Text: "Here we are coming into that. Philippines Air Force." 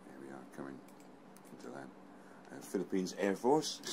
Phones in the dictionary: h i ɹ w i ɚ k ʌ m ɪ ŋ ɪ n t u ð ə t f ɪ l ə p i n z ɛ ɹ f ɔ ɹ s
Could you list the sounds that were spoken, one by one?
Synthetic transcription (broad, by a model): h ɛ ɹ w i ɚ k ʌ m ɪ ŋ ɪ n t u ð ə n f ɪ l ə p i n z ɛ ɹ f ɔ ɹ s